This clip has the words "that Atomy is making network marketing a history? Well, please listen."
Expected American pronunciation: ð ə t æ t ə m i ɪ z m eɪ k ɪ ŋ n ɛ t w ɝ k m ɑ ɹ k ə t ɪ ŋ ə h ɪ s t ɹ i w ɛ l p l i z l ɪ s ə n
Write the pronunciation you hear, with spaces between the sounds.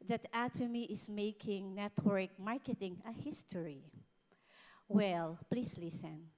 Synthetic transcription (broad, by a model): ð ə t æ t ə m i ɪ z m eɪ k ɪ ŋ n ɛ t w ɝ k m ɑ ɹ k ə t ɪ ŋ ə h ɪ s t ɹ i w ɛ l p l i s l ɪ s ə n